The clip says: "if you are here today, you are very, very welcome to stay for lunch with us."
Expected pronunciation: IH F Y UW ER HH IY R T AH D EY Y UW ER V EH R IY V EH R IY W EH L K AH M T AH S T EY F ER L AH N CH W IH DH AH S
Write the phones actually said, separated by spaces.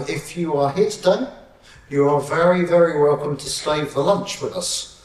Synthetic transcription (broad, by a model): IH F Y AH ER HH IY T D AH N Y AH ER V EH R IY V EH R IY W EH L K AH M T AH S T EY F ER L AH N CH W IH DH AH S